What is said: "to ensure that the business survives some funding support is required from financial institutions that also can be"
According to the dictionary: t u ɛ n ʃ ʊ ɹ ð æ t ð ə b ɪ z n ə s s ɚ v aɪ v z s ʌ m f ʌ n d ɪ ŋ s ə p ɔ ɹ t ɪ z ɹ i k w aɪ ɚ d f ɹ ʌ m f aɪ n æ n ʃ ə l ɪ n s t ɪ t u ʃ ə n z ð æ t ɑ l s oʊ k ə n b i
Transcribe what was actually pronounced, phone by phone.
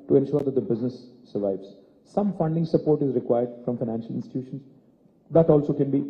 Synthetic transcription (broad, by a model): t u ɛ n ʃ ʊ ɹ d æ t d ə b ɪ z n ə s s ɚ v aɪ v z s ʌ m f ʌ n d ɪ ŋ s ə p ɔ ɹ t ɪ z ɹ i k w aɪ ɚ d f ɹ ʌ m f aɪ n æ n ʃ ə l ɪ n s t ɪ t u ʃ ə n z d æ t ɑ l s oʊ k ə n b i